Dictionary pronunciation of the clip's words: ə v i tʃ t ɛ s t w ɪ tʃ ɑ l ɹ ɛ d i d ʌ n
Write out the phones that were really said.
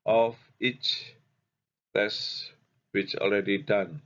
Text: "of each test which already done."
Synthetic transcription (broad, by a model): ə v i tʃ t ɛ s w ɪ tʃ ɑ l ɹ ɛ d i d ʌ n